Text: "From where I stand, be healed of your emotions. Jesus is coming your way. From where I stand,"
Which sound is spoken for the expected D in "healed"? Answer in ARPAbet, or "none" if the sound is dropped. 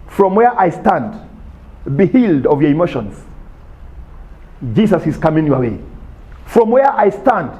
D